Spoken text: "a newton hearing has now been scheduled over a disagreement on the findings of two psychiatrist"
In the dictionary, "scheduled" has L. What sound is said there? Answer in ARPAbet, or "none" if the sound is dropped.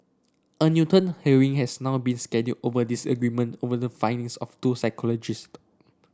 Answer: none